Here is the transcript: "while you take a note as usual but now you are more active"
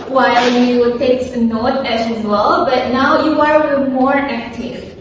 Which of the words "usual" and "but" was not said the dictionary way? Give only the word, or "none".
usual